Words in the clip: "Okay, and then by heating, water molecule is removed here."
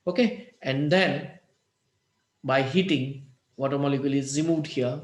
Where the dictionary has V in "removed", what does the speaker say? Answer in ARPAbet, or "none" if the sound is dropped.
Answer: none